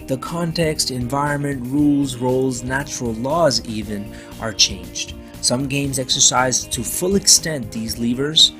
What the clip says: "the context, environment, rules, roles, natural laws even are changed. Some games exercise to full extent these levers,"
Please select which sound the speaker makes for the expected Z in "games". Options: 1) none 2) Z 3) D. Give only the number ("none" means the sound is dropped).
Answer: 2